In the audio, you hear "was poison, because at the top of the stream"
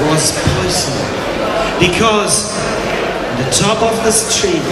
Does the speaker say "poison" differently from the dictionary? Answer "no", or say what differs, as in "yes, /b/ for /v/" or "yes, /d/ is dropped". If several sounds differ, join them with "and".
yes, /s/ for /z/